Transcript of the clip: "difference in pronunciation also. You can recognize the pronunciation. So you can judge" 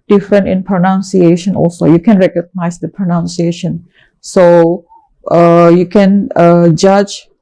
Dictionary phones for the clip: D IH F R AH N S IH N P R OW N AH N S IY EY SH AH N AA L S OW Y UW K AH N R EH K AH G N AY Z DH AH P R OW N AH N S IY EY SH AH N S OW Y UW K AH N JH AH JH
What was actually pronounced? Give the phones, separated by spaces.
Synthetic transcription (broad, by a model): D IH F R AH N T IH N P R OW N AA N S IY EY SH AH N AA L S OW Y UW K AH N R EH K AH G N AY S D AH P R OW N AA N S IY EY SH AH N S OW Y UW K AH N JH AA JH